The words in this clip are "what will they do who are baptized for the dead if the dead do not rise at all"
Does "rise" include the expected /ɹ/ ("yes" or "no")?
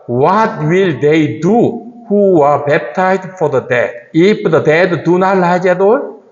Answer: no